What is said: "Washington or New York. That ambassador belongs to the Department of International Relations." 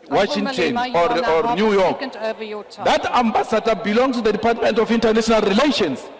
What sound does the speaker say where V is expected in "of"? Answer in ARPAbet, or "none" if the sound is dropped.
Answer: F